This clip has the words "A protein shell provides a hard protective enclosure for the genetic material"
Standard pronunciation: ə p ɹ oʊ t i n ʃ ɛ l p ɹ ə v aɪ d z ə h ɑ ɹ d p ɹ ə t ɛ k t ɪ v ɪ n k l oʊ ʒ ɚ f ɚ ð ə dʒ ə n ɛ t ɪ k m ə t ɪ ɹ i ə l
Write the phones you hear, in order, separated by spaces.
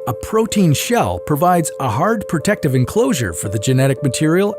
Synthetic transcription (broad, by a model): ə p ɹ oʊ t i n ʃ ɛ l p ɹ ə v aɪ d z ə h ɑ ɹ d p ɹ ə t ɛ k t ɪ v ɪ n k l oʊ ʒ ɚ f ɚ ð ə dʒ ə n ɛ t ɪ k m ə t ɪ ɹ i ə l